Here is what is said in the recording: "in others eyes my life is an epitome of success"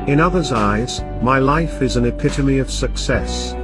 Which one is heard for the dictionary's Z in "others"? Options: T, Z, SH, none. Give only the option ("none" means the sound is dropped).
Z